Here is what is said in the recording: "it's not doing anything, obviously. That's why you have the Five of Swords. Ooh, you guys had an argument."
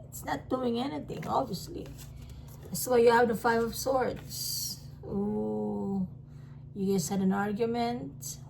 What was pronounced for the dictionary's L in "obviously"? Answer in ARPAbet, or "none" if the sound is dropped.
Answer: L